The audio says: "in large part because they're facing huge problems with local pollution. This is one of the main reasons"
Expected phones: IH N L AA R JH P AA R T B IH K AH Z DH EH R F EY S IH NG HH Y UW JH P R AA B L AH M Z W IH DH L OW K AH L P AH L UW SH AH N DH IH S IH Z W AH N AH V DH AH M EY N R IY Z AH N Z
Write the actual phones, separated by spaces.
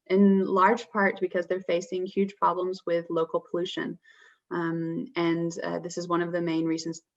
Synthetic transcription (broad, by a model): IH N L AA R JH P AA R T B IH K AH Z DH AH R F EY S IH NG HH Y UW JH P R AA B L AH M Z W IH DH L OW K L P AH L UW SH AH N DH IH S IH Z W AH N AH V DH AH M EY N R IY Z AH N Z